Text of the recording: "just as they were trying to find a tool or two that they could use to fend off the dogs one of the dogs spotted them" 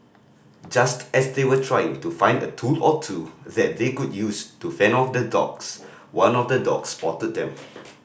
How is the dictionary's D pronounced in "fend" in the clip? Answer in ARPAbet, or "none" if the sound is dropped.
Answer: none